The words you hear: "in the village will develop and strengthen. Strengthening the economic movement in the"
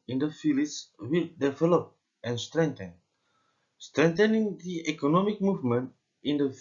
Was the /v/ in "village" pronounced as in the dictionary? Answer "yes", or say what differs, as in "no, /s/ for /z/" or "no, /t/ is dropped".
no, /f/ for /v/